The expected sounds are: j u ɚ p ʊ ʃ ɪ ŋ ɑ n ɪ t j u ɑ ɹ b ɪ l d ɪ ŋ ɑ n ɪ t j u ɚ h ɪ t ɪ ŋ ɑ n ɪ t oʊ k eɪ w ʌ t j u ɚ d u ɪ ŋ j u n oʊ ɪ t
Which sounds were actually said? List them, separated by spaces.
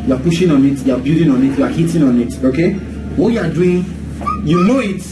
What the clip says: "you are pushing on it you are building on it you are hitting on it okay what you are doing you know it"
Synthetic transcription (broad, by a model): j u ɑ p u ʃ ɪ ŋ ɑ n ɪ t j u ɑ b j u d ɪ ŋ ɑ n ɪ t j u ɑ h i t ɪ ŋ ɑ n ɪ t oʊ k eɪ w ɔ j u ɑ d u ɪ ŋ j u n oʊ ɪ t